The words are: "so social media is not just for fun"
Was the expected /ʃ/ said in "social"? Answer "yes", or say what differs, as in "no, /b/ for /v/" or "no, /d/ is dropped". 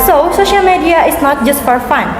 yes